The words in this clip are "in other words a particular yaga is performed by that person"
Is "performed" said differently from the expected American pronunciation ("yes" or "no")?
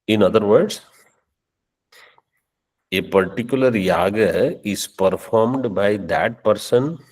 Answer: no